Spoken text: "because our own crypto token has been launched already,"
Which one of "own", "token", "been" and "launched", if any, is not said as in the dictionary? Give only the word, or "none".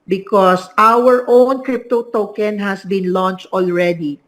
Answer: none